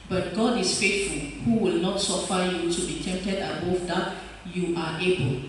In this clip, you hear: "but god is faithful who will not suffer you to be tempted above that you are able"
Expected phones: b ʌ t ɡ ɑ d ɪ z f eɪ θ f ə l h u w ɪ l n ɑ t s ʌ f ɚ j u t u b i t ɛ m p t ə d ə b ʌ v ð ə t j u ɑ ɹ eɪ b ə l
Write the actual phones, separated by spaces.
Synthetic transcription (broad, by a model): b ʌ t ɡ ɑ d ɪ s f eɪ t f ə l h u w ɪ l n ɑ t s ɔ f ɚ j u t u b i t ɛ m p t ə d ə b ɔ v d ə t j u ɑ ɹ eɪ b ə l